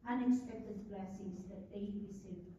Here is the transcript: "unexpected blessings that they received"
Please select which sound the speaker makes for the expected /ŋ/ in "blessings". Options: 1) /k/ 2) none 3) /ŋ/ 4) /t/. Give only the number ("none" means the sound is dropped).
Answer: 2